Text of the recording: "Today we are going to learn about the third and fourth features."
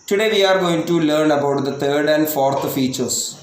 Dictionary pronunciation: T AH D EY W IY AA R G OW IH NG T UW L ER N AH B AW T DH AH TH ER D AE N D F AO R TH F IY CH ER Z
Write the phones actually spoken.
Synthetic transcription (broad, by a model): T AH D EY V IY AA R G OW IH NG T UW L ER N AH B AW T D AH T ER D AE N D F AO R T F IY CH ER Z